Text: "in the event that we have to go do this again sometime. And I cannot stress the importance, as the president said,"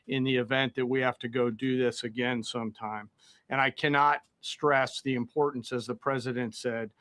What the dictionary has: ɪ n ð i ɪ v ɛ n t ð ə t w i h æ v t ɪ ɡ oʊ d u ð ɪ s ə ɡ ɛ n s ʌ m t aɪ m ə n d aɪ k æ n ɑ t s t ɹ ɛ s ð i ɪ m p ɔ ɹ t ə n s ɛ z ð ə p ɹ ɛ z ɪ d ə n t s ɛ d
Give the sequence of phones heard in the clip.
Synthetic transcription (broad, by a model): ɪ n ð i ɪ v ɛ n ð ə t w i h æ f t ɪ ɡ oʊ d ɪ ð ɪ s ə ɡ ɛ n s ʌ m t aɪ m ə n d aɪ k æ n ɑ t s t ɹ ɛ s ð i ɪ m p ɔ ɹ t n s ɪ z ð ə p ɹ ɛ z ɪ d ə n t s ɛ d